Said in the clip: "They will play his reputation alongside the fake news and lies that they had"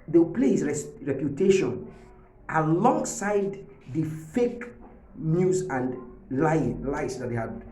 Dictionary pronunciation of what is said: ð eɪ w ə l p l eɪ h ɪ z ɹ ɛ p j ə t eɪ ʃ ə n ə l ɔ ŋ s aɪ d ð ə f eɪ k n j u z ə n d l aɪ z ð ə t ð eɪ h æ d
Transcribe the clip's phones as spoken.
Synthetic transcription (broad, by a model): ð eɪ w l p l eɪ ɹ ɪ ɹ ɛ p j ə t eɪ ʃ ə n ə l ɔ ŋ s aɪ d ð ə f eɪ k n j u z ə n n l aɪ s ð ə t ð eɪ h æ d